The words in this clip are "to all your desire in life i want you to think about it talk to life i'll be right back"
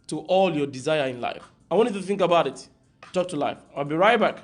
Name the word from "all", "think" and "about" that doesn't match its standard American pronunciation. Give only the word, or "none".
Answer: none